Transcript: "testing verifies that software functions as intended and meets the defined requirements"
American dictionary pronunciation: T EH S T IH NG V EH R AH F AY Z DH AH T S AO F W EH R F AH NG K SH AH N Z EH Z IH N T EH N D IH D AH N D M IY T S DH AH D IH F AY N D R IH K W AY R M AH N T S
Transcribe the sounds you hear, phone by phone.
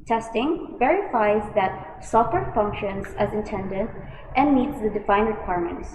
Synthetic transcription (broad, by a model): T EH S T IH NG V EH R AH F AY Z DH AH T S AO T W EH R F AH NG K SH AH N Z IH Z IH N T EH N D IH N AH N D IY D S DH AH D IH F AY N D R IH K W AY R M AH N T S